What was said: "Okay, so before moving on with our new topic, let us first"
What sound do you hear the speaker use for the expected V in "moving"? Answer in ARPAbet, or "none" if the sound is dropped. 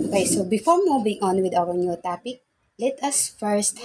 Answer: B